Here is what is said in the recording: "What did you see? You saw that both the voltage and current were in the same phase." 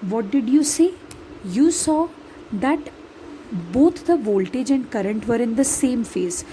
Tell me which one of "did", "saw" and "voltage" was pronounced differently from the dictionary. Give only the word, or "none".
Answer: none